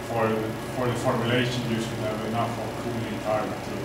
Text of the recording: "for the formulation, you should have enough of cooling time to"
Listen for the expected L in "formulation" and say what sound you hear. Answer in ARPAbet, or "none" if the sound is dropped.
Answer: L